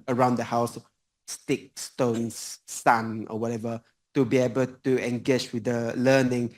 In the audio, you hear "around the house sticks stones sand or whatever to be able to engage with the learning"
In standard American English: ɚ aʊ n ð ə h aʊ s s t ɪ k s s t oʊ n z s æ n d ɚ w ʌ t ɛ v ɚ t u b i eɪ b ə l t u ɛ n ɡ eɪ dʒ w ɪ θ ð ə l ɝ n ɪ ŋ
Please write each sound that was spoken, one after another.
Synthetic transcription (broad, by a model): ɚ aʊ n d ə h aʊ s s t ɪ k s s t oʊ n s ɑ n ɚ w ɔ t ɛ v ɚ t u b i eɪ b ə l t u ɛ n ɡ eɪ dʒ w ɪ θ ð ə l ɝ n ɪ ŋ